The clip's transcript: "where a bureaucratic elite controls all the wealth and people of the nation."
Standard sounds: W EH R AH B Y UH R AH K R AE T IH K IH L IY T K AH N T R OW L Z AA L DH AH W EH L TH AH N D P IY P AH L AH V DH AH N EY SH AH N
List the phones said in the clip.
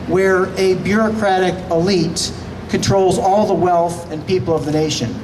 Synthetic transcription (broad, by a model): W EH R AH B Y UH R AH K R AE T IH K IH L IY T K AH N T R OW L Z AA L DH AH W EH L TH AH N P IY P L AH V DH AH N EY SH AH N